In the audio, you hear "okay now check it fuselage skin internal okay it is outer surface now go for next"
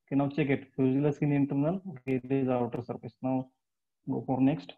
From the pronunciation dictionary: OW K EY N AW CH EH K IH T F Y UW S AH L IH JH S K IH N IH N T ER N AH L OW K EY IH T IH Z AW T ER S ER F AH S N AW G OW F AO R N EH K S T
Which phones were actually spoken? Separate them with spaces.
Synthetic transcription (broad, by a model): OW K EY N AW CH EH K IH T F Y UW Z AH L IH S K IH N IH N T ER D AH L OW K EY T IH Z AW T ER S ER P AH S N AW G OW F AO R N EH K S T